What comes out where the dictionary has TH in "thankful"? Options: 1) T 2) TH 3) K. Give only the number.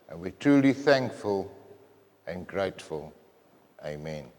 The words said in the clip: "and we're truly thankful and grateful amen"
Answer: 2